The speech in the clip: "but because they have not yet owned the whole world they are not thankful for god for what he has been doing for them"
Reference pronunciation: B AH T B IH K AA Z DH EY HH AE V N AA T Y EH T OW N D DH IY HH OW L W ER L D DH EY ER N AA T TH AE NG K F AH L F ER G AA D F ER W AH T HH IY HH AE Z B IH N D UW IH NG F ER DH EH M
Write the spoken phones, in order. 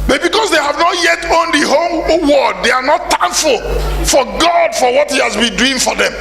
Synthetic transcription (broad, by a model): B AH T B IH K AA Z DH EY HH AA V N AA T Y EH T OW N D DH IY HH OW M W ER D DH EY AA N AA T T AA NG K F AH L F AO G AA D F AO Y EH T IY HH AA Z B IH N D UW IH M F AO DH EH M